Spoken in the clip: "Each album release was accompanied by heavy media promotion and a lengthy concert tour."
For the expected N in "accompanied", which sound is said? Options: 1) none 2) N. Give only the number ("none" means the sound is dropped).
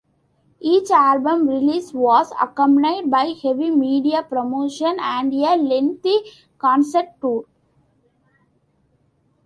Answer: 1